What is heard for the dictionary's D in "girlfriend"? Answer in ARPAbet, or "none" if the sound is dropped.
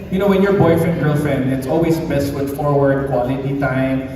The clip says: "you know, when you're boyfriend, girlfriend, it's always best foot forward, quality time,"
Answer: none